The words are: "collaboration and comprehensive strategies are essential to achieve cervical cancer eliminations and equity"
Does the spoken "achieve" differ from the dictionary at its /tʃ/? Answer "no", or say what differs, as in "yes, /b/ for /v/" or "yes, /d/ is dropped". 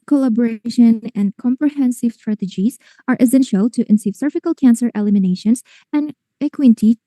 yes, /s/ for /tʃ/